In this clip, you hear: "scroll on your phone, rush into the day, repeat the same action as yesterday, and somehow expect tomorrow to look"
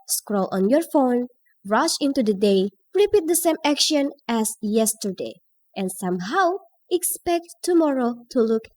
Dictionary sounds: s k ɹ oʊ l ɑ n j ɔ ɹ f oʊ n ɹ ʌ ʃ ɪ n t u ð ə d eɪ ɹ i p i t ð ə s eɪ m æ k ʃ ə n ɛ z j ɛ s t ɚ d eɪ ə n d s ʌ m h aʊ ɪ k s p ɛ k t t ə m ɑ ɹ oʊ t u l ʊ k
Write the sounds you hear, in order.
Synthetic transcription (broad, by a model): s k ɹ oʊ l ɑ n j ɔ ɹ f oʊ n ɹ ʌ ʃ ɪ n t u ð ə d eɪ ɹ i p i t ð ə s eɪ m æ k ʃ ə n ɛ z j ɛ s t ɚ d eɪ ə n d s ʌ m h aʊ ɪ k s p ɛ k t t ə m ɑ ɹ oʊ t u l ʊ k